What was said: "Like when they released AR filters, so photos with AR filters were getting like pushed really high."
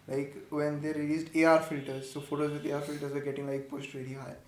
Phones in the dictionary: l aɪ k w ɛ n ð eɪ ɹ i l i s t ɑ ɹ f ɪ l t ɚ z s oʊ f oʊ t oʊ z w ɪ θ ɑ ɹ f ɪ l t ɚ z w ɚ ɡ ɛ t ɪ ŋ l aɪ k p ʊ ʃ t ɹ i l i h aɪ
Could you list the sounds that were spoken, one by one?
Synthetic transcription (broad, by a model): l aɪ k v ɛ n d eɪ ɹ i l i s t ɑ ɹ f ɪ l t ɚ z s oʊ f oʊ t oʊ z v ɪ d ɑ ɹ f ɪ l t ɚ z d ɡ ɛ t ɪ ŋ l aɪ k p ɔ s t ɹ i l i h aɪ